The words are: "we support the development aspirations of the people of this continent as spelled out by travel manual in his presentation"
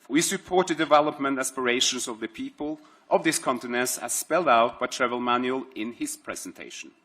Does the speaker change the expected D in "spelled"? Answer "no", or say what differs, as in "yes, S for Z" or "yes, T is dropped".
no